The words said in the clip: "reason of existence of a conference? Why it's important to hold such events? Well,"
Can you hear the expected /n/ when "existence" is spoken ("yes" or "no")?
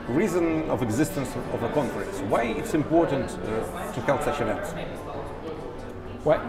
yes